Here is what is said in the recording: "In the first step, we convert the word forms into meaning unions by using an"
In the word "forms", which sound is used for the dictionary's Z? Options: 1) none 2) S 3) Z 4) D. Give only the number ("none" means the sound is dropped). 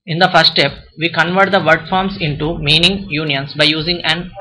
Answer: 2